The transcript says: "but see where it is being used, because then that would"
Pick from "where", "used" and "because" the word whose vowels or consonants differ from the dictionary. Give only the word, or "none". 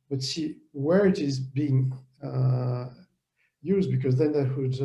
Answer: none